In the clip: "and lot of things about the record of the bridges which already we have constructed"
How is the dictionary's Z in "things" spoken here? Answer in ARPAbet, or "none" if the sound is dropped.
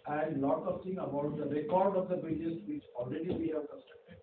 none